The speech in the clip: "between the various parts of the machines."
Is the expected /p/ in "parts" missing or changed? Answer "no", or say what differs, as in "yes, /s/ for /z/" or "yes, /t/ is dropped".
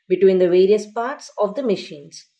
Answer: no